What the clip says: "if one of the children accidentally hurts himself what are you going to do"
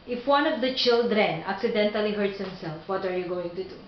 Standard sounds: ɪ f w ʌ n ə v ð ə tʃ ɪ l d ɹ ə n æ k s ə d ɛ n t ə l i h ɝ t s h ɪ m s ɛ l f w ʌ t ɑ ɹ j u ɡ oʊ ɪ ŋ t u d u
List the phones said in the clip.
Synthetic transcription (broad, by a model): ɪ f w ʌ n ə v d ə tʃ ɪ l d ɹ ə n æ k s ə d ɛ n t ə l i h ɝ t s h ɪ m s ɛ l f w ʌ t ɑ ɹ j u ɡ oʊ ɪ ŋ t u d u